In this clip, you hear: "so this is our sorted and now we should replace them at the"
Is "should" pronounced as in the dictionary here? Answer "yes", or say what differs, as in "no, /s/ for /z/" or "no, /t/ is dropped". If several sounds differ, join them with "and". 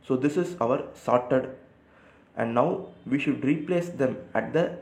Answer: yes